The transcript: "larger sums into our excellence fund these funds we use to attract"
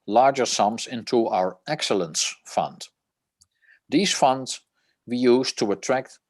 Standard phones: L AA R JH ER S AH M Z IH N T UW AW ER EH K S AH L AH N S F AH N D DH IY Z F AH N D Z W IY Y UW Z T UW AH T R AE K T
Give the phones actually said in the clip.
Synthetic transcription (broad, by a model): L AA R JH ER S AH M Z IH N T UW AW ER EH K S AH L AH N S F AH N D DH IY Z F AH N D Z W IY Y UW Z T UW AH T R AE K T